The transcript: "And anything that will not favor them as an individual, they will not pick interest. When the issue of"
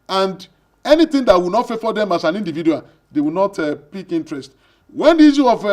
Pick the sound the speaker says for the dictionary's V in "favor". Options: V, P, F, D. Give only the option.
F